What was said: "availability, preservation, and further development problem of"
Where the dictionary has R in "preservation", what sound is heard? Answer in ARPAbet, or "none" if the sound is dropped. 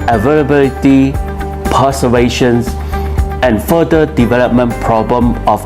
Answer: none